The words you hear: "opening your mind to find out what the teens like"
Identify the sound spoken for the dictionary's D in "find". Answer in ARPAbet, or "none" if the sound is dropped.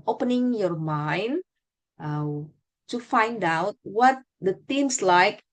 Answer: D